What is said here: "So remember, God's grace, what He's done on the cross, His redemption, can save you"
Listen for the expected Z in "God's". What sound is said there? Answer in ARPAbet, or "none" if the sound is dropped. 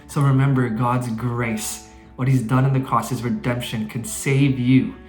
Z